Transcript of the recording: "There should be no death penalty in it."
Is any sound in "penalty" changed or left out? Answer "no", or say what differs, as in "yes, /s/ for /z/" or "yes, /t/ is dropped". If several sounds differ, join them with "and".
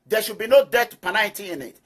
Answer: yes, /n/ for /l/